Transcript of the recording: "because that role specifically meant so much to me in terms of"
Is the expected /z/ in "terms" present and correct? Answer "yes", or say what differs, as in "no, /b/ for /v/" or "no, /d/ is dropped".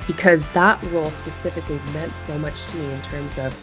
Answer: yes